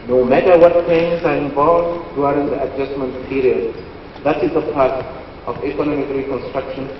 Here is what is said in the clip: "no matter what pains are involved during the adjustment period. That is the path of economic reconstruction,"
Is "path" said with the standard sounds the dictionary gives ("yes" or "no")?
no